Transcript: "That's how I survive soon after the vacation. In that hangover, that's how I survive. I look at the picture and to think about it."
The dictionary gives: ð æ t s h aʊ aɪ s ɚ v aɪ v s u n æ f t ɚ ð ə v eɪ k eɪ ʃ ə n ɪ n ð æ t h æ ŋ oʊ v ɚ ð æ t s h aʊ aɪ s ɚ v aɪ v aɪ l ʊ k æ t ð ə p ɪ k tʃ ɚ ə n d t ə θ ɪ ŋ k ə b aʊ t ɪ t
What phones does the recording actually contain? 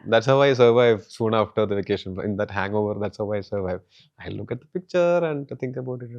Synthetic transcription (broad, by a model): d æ t s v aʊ aɪ s ɚ v aɪ v s u n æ f t ɚ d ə v eɪ k eɪ ʃ ə n ɪ n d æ t h æ ŋ oʊ v ɚ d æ t s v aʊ aɪ s ɚ v aɪ v aɪ l ʊ k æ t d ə p ɪ k tʃ ɚ ə n d t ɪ ŋ k ə b aʊ t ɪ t